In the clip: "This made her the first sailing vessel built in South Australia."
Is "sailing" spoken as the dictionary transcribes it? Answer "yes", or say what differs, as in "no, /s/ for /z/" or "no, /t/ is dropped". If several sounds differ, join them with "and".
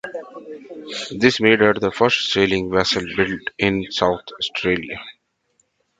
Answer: yes